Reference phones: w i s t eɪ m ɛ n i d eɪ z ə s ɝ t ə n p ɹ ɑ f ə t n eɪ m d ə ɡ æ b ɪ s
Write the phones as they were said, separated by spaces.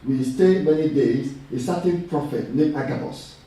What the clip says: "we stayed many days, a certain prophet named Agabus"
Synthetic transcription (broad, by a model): w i s t eɪ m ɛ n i d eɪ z ə s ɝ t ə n p ɹ ɑ f ə t n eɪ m ə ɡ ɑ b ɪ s